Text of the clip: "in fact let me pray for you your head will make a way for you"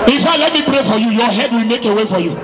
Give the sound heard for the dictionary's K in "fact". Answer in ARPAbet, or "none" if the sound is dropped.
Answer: none